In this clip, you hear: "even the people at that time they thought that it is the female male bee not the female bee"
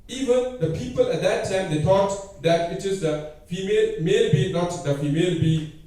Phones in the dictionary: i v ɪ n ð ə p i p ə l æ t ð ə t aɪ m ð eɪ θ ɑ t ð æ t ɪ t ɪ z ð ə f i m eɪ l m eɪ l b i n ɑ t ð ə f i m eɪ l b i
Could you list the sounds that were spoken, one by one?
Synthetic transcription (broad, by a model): i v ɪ n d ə p i p ə l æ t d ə t aɪ m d eɪ t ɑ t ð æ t ɪ t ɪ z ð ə f i m eɪ l m eɪ l b i n ɑ t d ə f i m eɪ l b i